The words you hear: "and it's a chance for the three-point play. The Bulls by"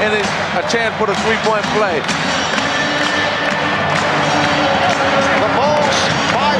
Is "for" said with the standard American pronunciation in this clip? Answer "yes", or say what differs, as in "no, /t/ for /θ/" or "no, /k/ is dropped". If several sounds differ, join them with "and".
no, /p/ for /f/